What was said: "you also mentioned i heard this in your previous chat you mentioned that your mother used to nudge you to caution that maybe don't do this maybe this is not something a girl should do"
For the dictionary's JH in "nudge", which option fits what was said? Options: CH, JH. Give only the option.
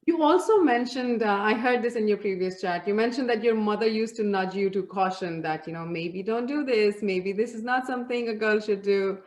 JH